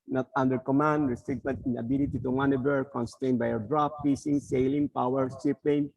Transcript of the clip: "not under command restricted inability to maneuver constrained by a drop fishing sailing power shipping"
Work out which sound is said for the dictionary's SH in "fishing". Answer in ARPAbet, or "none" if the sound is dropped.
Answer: S